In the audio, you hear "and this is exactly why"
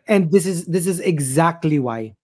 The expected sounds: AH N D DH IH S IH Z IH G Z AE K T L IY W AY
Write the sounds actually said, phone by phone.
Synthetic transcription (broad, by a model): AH N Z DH IH S IH Z IH G Z AE K T L IY W AY